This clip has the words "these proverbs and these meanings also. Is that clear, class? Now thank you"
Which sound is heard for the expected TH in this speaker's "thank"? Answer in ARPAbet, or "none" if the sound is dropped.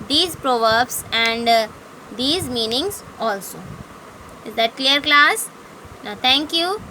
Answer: T